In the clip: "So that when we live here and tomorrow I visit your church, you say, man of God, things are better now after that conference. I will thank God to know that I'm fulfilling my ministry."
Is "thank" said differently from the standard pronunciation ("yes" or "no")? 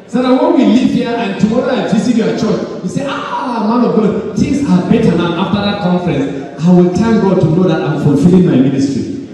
yes